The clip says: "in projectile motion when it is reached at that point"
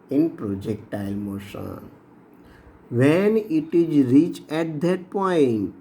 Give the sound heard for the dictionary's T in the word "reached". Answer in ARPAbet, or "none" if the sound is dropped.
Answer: none